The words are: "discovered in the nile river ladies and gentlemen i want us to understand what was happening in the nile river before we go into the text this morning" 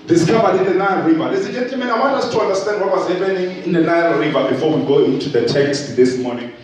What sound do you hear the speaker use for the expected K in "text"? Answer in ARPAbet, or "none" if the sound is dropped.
K